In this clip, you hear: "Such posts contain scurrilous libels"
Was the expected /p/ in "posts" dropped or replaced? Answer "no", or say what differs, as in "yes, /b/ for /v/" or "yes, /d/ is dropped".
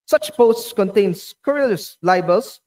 no